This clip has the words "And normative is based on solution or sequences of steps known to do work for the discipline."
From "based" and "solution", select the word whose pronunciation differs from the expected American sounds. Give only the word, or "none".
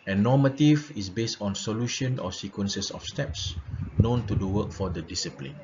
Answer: none